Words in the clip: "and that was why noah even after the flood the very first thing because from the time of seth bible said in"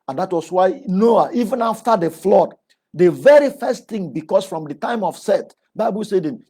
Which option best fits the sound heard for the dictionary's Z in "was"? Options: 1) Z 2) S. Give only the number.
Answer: 2